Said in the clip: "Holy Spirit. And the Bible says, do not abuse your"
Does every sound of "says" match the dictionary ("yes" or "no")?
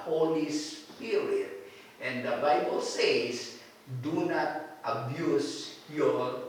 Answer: no